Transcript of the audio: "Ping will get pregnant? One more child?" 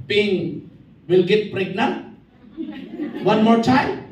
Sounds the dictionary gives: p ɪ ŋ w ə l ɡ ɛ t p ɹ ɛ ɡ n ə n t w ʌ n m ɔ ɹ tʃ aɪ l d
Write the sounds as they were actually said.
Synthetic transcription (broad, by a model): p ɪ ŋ w ə l ɡ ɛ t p ɹ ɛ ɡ n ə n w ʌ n m ɔ ɹ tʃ aɪ